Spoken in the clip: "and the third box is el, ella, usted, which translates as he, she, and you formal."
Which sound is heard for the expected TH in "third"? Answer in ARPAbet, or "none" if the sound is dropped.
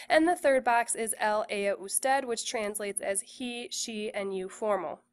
TH